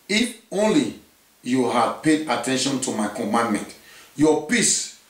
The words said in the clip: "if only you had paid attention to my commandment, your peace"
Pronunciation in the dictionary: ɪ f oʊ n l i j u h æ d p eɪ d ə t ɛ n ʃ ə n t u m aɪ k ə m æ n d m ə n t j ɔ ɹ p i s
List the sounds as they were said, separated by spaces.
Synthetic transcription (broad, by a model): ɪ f oʊ n l i j u h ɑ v p eɪ d ə t ɛ n ʃ ə n t u m aɪ k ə m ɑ n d m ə n t j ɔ p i s